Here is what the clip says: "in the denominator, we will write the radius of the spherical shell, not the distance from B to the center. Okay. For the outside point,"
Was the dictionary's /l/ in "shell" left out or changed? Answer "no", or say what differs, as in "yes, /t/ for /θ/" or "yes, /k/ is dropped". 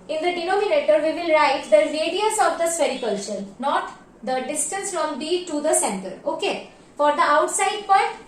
yes, /n/ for /l/